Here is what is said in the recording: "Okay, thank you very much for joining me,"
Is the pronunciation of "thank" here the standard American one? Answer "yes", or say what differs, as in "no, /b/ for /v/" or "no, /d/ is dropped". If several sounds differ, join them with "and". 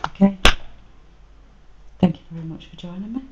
yes